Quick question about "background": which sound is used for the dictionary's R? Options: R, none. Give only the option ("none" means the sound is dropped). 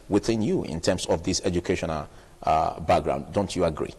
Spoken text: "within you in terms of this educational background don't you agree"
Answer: R